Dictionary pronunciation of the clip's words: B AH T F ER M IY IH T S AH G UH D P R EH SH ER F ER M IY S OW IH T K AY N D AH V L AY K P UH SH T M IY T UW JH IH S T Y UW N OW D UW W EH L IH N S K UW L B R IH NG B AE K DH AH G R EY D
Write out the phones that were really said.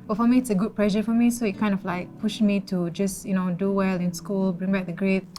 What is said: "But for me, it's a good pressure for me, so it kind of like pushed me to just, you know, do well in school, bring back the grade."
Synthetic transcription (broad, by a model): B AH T F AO M IY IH T S AH G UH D P L EH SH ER F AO M IY S OW IH T K AY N D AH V L AY K P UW SH M IY T UW JH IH S Y UW N OW D UW W EH L IH N S K UW L B R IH NG B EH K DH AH G R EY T